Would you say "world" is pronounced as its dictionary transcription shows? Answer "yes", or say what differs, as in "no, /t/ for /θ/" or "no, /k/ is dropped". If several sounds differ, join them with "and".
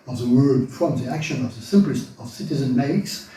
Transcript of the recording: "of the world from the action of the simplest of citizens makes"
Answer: no, /l/ is dropped